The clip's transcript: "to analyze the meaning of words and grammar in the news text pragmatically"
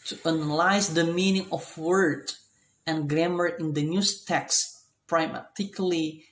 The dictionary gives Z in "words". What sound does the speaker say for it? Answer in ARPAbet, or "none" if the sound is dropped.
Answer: none